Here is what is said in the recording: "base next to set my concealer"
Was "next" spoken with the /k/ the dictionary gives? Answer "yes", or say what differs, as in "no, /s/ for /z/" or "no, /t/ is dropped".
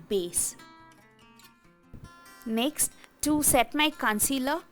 yes